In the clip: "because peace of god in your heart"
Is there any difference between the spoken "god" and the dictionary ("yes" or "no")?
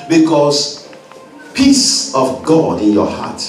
no